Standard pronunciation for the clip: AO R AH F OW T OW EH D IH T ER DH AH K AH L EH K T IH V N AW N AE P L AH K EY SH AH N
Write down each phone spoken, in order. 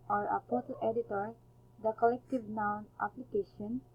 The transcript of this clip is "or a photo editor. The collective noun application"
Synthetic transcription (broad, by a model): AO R AH P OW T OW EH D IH T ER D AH K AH L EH K T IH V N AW N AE P L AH K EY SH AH N